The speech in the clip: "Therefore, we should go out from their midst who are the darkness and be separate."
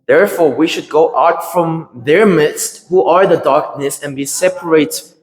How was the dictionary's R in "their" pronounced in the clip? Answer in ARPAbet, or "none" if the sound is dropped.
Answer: R